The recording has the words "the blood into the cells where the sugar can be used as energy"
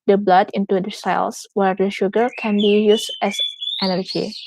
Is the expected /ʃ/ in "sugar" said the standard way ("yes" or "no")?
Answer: yes